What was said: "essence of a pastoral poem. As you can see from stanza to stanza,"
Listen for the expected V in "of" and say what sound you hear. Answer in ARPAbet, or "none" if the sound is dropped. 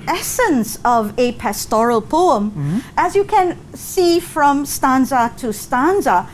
V